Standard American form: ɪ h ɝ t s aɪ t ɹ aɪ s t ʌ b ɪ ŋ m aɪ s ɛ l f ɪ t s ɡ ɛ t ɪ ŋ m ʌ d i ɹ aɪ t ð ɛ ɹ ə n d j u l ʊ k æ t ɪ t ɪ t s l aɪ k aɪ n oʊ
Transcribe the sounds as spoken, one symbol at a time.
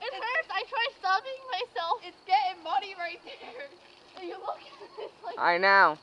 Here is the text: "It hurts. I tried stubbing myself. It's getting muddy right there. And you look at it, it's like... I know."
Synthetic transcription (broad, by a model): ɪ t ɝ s aɪ t ɹ aɪ s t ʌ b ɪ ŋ m aɪ s ɛ l f ɪ t s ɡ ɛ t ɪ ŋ m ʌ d i ɹ aɪ t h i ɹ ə j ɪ l ʊ k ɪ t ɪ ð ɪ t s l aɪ aɪ n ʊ